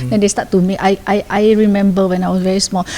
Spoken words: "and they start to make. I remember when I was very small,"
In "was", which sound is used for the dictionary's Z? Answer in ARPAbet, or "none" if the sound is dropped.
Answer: S